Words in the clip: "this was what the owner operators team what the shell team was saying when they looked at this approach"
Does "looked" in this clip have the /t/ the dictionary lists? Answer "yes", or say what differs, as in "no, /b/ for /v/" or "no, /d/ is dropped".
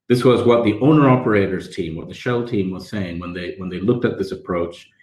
yes